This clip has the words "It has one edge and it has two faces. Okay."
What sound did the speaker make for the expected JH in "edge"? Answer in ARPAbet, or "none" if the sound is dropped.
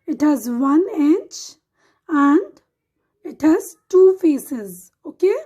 CH